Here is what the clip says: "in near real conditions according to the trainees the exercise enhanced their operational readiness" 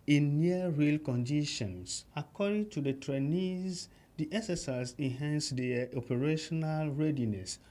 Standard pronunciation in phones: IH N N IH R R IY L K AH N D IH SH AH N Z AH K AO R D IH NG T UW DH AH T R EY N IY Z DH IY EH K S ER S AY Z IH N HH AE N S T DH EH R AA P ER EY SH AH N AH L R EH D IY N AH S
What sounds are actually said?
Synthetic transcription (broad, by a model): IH N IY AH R R IY L K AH N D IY SH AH N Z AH K AO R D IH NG T UW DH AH T R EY N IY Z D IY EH S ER S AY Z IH N HH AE N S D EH AA P ER EY SH AH N AH L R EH D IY N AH S